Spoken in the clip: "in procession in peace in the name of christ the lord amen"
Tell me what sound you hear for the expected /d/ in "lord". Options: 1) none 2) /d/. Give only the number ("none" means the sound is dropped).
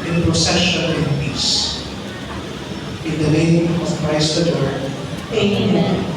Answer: 1